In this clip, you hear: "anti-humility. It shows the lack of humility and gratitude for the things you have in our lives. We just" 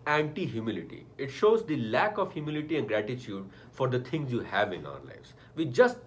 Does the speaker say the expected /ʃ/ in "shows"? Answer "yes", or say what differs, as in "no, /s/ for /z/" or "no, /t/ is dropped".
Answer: yes